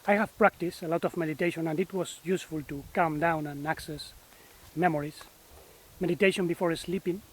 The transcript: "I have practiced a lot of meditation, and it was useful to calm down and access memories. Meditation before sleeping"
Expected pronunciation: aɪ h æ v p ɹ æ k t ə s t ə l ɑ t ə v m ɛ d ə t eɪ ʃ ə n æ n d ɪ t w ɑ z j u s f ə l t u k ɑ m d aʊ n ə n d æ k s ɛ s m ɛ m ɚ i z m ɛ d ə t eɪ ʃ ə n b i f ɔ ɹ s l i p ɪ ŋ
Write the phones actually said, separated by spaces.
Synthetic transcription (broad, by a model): aɪ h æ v p ɹ æ k t ə s t ə l ɑ t ə v m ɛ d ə t eɪ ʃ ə n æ n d ɪ t w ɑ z j u s f ə l t u k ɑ m d aʊ n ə n æ k s ɛ s m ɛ m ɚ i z m ɛ d ə t eɪ ʃ ə n b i f ɔ ɹ s l i p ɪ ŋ